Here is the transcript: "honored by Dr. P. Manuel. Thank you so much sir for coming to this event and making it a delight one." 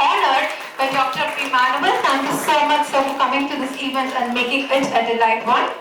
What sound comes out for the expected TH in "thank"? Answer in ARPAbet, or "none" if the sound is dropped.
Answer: S